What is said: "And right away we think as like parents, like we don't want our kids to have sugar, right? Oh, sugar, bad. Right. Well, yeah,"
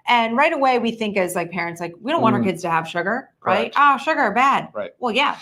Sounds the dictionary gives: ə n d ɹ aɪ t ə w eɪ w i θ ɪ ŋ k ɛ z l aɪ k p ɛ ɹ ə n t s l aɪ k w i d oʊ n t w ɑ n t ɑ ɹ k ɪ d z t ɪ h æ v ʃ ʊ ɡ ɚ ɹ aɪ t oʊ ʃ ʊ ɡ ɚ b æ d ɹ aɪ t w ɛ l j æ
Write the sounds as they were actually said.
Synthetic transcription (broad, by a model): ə n ɹ aɪ t ə w eɪ w i θ ɪ ŋ k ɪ z l aɪ k p ɛ ɹ ə n t s l aɪ k w i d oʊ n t w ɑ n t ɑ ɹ k ɪ d z t ɪ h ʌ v ʃ ʊ ɡ ɚ ɹ aɪ t oʊ ʃ ʊ ɡ ɚ b æ d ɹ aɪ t w ɛ l j æ